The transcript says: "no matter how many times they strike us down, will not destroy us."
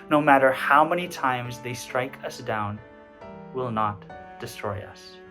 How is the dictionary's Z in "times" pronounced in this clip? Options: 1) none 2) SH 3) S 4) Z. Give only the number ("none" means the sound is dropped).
4